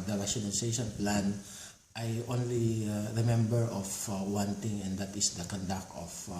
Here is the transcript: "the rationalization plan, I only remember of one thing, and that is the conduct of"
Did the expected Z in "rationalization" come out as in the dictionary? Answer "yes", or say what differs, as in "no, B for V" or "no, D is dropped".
no, S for Z